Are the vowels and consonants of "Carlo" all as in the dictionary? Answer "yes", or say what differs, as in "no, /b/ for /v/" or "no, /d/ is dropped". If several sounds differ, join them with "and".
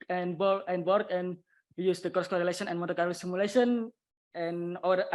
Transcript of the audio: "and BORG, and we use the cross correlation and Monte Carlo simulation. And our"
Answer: no, /l/ is dropped